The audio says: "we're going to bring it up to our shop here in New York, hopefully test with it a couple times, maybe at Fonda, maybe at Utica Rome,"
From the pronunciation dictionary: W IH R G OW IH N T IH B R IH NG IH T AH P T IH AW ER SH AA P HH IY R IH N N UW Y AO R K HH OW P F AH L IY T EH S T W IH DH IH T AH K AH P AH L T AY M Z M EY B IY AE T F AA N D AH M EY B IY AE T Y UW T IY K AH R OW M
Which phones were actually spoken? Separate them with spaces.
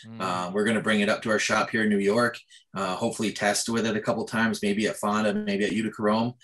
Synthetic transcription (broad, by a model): W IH R G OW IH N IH B R IH NG IH T AH P T IH AW ER SH AA P HH IY R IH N N UW Y AO R K HH OW P F L IY T EH S T W IH DH IH T AH K AH P L T AY M Z M EY B IY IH T F AA N D AH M EY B IY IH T Y UW T IY K AH R OW M